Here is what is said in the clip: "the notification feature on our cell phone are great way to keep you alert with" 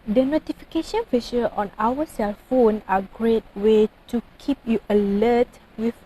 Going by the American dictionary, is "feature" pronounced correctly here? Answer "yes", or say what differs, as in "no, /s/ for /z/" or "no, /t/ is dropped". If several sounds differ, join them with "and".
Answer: no, /ʃ/ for /tʃ/